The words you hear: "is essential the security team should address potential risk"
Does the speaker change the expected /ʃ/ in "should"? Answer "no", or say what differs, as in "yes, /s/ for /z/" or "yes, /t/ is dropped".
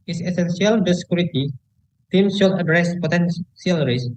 yes, /s/ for /ʃ/